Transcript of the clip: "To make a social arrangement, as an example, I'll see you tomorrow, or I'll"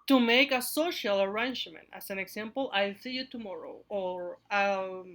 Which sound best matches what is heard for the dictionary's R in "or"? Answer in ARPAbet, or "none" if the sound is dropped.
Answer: R